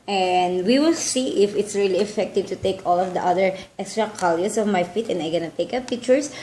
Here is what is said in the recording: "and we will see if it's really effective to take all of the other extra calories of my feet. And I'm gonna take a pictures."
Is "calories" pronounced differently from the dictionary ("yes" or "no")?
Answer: yes